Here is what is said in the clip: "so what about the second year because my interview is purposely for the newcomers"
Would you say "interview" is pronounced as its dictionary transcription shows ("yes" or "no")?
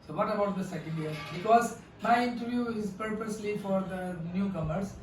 yes